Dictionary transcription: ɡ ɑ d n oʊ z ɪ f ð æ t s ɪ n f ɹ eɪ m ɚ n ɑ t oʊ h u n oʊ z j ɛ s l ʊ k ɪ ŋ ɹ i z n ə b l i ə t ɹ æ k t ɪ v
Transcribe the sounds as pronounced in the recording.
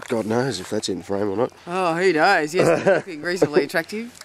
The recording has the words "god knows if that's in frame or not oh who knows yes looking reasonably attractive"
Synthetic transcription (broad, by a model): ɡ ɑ d n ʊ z ɪ f ð æ t s ɪ n f ɹ eɪ m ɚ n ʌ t oʊ h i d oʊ z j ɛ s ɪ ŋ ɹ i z ə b l i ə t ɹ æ k t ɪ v